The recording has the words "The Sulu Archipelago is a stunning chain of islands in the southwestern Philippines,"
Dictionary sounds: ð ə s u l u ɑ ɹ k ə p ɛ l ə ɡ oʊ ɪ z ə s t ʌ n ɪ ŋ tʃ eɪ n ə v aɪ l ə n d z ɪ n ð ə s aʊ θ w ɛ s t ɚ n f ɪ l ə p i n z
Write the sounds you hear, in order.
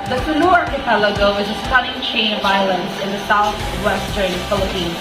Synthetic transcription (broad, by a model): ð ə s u n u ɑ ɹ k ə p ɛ l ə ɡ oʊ ɪ z ə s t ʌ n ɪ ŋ tʃ eɪ n ə v aɪ l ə n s ɪ n ð ə s aʊ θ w ɛ s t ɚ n f ɪ l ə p i n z